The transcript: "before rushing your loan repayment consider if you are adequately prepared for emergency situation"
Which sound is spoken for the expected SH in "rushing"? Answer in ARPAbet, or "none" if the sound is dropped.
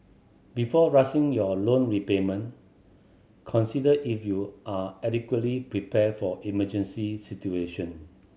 S